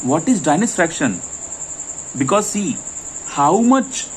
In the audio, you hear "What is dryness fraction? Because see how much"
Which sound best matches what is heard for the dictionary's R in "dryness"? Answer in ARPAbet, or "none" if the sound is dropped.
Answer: none